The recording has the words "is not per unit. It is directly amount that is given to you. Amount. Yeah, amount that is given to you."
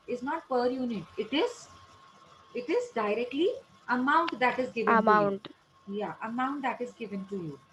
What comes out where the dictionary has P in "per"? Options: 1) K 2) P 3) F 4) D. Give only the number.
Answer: 2